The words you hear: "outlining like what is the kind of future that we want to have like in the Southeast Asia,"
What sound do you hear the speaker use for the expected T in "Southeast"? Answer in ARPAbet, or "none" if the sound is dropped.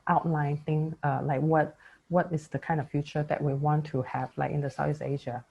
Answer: none